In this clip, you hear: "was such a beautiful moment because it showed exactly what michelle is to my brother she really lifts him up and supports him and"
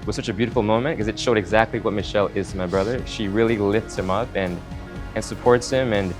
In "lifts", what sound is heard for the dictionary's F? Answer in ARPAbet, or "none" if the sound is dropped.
F